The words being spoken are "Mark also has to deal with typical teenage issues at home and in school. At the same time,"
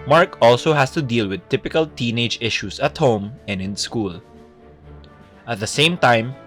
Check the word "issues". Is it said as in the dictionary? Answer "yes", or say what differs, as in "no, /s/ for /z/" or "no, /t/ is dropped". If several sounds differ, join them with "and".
no, /s/ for /z/